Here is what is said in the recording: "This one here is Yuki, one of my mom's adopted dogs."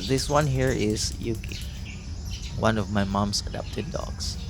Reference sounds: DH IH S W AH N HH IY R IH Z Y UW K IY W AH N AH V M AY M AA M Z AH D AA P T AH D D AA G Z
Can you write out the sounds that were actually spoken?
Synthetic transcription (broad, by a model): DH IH S W AH N HH IY R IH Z Y UW K IY W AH N AH V M AY M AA M S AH D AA P T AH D D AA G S